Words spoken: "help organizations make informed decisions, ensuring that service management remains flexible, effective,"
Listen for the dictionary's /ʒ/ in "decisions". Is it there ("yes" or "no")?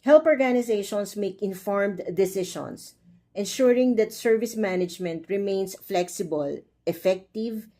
no